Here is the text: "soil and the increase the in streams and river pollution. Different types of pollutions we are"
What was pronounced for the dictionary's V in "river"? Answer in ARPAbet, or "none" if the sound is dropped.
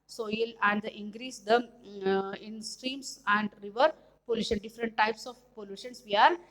V